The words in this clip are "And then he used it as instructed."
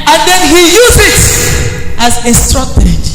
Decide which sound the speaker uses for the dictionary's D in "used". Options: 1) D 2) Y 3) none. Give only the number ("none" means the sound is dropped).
3